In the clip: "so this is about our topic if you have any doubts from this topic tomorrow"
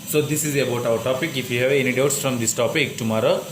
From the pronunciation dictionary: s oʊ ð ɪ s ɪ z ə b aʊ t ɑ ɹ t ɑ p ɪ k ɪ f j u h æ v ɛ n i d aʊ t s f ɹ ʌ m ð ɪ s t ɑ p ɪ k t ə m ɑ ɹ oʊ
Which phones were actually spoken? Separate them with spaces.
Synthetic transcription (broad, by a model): s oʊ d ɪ s ɪ z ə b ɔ t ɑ w t ɑ p ɪ k ɪ f j u h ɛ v ɛ n i d aʊ t s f ɹ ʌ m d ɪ s t ɑ p ɪ k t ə m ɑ ɹ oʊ